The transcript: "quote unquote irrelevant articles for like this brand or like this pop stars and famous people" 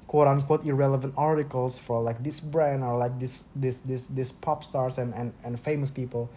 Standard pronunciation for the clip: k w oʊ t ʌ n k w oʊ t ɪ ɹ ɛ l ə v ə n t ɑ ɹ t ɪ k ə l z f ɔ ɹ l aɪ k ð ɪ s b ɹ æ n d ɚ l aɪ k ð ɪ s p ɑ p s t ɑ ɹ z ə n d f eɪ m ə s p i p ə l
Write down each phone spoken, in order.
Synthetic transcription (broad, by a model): k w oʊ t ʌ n k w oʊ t ɪ ɹ ɛ l ə v ə n t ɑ ɹ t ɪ k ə l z f ɔ ɹ l aɪ k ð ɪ s b ɹ æ n d ɚ l aɪ k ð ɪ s p ɑ p s t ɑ ɹ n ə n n f eɪ m ə s p i p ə l